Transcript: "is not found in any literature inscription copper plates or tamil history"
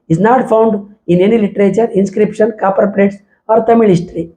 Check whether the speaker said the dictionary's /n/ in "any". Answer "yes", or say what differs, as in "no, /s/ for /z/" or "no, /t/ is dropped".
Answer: yes